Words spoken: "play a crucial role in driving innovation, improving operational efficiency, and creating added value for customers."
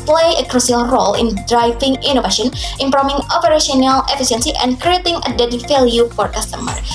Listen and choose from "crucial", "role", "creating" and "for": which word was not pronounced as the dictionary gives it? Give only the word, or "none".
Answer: crucial